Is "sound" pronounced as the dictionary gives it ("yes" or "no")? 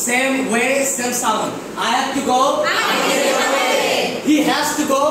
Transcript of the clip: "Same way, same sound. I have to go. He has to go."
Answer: no